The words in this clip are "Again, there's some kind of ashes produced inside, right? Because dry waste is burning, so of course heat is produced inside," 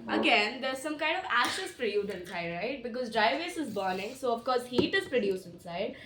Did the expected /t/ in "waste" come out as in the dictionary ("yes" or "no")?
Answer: no